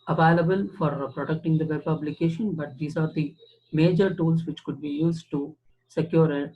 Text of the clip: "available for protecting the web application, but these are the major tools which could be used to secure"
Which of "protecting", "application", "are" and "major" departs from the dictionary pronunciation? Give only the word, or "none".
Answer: application